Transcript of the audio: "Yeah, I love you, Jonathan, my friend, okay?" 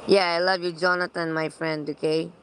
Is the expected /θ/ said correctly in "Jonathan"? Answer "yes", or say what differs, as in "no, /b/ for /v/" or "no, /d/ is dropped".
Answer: no, /t/ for /θ/